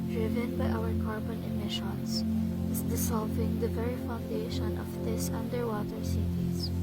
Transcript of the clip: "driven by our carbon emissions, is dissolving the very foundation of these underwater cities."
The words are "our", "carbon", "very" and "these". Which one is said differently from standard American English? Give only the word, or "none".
these